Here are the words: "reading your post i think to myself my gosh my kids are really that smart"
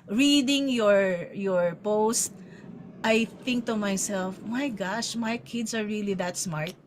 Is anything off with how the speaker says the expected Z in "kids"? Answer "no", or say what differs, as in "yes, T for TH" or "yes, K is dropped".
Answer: yes, S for Z